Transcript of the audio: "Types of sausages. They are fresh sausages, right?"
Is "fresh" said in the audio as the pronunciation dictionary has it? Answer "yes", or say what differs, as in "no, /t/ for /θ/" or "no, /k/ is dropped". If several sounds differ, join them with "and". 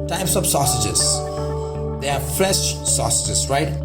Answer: no, /l/ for /ɹ/